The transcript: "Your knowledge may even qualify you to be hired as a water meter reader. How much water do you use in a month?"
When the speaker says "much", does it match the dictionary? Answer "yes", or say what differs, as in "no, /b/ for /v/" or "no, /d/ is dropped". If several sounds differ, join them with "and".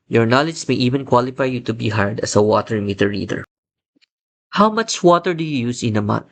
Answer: yes